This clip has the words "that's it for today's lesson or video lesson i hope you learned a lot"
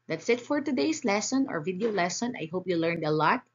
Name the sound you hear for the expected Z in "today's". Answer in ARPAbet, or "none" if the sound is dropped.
S